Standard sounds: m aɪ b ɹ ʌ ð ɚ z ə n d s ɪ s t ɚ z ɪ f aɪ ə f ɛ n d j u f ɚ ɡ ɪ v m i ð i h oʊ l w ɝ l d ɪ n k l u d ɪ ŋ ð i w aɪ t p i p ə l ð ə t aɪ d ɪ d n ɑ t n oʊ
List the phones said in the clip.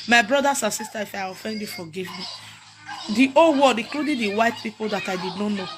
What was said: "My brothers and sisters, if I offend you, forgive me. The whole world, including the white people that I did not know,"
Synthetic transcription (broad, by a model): m aɪ b ɹ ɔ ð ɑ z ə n s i s t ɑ ɪ f aɪ ə f ɛ n d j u f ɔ ɡ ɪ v m i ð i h oʊ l w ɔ d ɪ k l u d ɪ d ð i w aɪ t p i p ə l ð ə t aɪ d ɪ d n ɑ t n oʊ